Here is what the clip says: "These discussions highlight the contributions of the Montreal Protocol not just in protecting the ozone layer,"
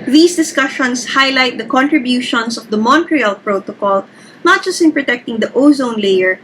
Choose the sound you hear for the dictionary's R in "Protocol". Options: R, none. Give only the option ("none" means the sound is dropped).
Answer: R